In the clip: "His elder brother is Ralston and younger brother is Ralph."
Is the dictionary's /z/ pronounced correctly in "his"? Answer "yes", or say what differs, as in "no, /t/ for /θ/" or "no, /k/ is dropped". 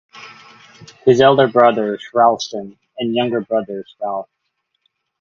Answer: yes